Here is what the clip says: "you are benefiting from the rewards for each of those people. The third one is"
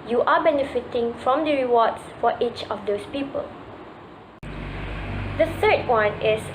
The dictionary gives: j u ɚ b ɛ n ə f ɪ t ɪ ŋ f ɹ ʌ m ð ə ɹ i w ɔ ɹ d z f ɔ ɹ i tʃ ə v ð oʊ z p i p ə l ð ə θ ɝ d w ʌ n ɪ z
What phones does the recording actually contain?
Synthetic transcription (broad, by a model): j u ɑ b ɛ n ə f ɪ t ɪ ŋ f ɹ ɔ m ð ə ɹ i w ɔ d s f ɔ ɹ i tʃ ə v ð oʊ s p i p ə l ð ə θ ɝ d w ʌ n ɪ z